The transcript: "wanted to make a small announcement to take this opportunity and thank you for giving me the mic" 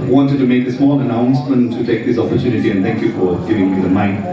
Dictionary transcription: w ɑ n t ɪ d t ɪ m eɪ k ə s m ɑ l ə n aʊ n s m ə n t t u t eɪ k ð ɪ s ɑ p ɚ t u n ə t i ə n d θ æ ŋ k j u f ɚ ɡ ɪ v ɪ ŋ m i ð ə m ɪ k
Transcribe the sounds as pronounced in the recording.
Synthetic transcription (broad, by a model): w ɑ n t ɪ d t ɪ m eɪ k ə s m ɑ n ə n aʊ n s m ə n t t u t eɪ k ð ɪ s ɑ p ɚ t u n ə t i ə n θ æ ŋ k j u f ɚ ɡ ɪ v ɪ ŋ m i ð ə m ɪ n